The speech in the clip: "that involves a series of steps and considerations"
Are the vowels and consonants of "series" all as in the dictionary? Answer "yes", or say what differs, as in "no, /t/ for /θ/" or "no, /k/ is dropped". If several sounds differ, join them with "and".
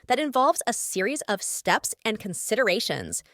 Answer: yes